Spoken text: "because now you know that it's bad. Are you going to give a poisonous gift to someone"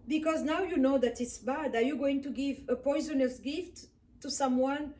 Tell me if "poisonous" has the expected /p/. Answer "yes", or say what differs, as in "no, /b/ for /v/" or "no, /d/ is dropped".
yes